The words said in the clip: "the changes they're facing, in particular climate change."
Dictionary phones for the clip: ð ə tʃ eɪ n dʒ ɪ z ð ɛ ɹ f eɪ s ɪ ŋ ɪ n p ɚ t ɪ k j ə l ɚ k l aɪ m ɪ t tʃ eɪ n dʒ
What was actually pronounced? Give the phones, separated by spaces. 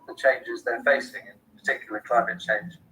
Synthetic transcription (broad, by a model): ð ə tʃ eɪ n dʒ ɪ z ð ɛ f eɪ s ɪ ŋ ɪ n p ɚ t ɪ k j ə l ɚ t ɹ aɪ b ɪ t tʃ eɪ n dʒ